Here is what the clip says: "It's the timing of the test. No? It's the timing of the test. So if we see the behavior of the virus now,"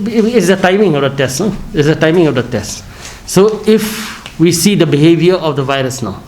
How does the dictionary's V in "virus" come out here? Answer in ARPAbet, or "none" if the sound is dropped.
V